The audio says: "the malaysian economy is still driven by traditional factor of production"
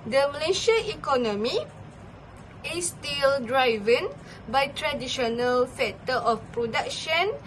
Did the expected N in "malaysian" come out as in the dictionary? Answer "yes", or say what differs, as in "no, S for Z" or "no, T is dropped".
no, N is dropped